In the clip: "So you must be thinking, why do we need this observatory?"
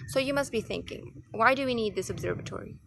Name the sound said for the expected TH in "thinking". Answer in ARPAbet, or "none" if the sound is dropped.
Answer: TH